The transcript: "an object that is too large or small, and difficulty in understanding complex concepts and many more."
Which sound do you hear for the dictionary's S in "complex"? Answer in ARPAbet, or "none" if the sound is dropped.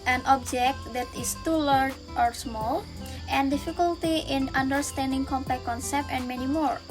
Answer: none